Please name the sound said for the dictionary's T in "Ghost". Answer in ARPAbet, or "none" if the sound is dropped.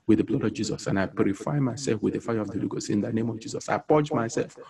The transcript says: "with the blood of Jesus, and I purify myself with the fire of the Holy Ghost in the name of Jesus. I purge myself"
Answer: none